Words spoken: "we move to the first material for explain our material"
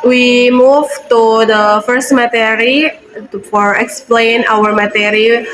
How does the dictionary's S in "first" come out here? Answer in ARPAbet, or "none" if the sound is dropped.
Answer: S